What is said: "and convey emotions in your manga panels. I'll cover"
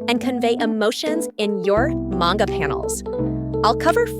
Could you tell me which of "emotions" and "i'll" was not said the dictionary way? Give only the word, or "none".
none